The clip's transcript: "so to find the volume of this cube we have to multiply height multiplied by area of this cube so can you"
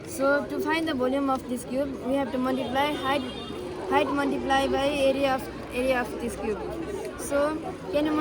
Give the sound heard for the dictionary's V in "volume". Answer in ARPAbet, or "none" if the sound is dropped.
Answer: B